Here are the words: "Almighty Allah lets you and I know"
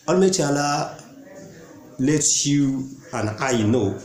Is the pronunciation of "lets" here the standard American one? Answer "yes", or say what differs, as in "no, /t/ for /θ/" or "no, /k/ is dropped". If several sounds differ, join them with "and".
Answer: no, /s/ is dropped